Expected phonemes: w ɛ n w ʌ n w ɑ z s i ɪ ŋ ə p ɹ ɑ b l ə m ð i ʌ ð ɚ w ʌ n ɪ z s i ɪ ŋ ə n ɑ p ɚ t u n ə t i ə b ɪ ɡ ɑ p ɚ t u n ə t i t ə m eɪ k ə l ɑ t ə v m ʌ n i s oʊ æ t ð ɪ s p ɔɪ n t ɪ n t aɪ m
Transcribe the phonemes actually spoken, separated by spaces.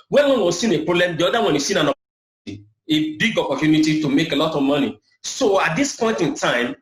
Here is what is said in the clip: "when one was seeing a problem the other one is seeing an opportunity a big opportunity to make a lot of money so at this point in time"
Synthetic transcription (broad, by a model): w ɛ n w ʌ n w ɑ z s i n ə p ɹ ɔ b l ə m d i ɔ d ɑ w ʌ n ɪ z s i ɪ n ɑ n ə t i ə b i ɡ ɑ p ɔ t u n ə t i t ə m eɪ k ə l ɑ t ə v m ʌ n i s oʊ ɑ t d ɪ s p ɔɪ n t ɪ n t aɪ m